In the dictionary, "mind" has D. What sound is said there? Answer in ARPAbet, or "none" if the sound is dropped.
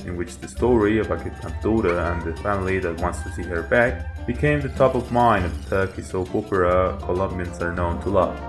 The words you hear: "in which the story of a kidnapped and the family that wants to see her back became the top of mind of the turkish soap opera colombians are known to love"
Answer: none